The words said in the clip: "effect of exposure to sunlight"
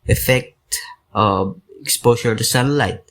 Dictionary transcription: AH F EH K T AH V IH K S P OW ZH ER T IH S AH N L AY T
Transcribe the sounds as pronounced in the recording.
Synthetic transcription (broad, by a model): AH F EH K T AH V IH K S P OW SH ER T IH S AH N L AY T